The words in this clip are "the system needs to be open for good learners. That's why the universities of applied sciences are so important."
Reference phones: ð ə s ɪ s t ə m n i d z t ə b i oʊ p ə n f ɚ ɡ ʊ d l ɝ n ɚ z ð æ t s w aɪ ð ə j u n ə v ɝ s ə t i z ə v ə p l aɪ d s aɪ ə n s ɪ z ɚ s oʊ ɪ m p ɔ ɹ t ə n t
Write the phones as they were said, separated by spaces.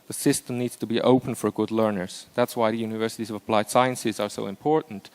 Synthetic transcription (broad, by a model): ð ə s ɪ s t ə m n i d z t ə b i oʊ p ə n f ɚ ɡ ʊ d l ɝ n ɚ z ð æ t s w aɪ ð ə j u n ə v ɝ s ə t i z ə v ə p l aɪ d s aɪ ə n s ɪ z ɚ s oʊ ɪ m p ɔ ɹ t n t